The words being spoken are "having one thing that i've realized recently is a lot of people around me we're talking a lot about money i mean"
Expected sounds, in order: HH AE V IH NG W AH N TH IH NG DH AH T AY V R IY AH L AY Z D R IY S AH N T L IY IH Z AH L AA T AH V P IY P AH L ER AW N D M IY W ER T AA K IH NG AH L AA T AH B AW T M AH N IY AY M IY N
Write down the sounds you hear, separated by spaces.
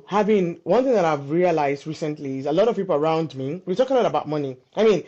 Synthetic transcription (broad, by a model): HH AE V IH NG W AH N TH IH NG DH AH T AY V R IY AH L AY Z D R IY S AH N T L IY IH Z AH L AA T AH V P IY P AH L ER AW N D M IY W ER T AA K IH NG AH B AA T AH B AW T M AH N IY AY M IY N